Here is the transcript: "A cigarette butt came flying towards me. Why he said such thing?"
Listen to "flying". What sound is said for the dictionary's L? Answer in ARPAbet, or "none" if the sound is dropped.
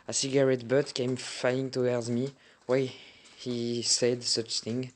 none